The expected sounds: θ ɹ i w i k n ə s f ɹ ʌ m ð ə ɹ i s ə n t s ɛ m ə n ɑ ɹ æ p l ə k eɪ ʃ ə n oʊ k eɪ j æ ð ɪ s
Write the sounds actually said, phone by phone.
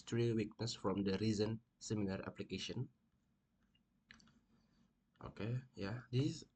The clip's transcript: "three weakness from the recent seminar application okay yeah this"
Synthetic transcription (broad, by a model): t ɹ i w i k n ə s f ɹ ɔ m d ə ɹ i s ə n s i m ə l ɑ ɹ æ p l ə k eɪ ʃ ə n oʊ k eɪ j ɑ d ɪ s